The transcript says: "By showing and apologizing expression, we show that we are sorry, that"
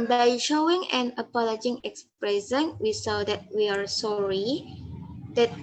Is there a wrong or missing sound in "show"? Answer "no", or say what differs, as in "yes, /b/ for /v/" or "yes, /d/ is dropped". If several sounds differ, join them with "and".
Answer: yes, /s/ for /ʃ/